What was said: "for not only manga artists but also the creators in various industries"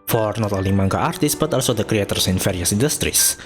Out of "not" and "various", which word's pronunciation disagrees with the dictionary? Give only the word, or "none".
various